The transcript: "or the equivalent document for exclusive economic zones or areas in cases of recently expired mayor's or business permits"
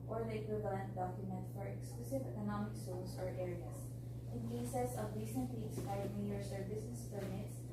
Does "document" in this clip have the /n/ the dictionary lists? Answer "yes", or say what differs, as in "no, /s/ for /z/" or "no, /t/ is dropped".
yes